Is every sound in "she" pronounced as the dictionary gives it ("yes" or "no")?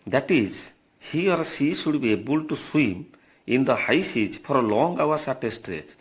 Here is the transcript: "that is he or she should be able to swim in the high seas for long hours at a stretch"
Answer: no